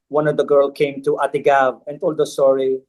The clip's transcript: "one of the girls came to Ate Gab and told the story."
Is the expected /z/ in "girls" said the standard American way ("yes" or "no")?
no